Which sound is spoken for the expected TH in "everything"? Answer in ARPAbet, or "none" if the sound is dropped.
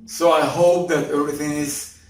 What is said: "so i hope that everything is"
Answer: TH